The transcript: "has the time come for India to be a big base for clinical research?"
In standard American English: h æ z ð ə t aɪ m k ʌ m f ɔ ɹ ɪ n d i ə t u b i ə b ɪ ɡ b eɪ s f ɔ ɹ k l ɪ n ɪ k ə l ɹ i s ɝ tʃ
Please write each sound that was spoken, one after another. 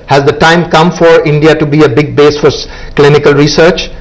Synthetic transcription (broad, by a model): h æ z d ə t aɪ m k ʌ m f ɔ ɹ ɪ n d i ə t u b i ə b ɪ ɡ b eɪ s f ɔ ɹ k l ɪ n ɪ k ə l ɹ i s ɝ tʃ